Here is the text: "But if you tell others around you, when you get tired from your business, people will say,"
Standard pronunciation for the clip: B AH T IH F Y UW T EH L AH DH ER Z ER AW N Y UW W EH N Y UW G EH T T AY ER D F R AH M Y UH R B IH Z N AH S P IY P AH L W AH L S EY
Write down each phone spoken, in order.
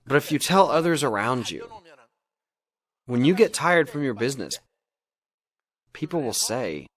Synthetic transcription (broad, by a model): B AH T IH F Y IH T EH L AH DH ER Z ER AW N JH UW W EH N Y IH G EH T T AY ER D F R AH M Y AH R B IH Z N AH S P IY P L W AH L S EY